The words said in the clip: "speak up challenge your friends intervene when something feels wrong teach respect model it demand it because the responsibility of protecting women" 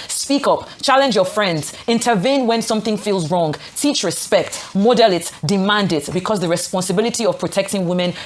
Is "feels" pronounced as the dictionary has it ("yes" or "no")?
yes